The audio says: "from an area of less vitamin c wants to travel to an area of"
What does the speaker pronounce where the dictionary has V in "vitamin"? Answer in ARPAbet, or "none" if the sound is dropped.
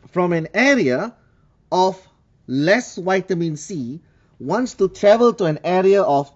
W